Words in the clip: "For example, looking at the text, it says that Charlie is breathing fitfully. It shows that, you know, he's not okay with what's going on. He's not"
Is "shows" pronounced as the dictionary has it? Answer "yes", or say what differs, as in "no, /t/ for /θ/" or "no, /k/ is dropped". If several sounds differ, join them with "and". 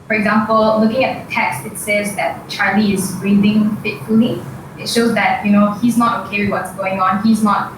yes